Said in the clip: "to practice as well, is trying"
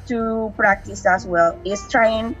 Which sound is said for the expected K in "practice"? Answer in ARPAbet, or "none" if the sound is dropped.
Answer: K